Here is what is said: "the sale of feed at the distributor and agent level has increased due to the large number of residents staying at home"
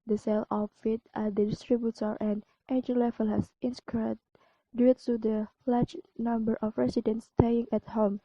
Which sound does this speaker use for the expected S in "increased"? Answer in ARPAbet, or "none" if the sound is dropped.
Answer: none